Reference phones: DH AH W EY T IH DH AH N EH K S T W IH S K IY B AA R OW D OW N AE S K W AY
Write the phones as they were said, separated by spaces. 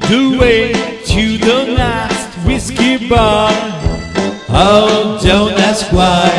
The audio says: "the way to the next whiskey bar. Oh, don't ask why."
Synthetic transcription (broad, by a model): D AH W EY T IH DH AH L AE S T W IH S K IY B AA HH OW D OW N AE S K W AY